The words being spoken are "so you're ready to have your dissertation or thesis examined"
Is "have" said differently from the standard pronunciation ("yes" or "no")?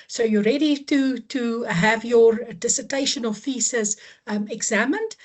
no